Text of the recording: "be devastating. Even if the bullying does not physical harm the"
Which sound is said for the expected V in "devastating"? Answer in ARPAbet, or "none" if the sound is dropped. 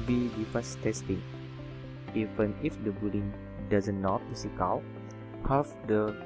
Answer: F